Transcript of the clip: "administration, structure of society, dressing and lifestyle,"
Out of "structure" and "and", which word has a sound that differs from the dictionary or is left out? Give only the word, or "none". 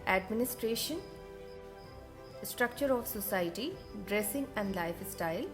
none